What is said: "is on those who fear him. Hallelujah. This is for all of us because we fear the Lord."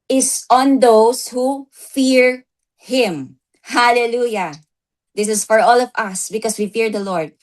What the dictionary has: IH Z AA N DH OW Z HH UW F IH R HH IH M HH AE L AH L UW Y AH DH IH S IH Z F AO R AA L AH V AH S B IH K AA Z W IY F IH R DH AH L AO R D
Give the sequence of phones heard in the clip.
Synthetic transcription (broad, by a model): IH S AA N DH OW S HH UW F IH R HH IH M HH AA L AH L UW Y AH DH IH S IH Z F AO R AA L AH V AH S B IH K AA S W IY F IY R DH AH L AO R D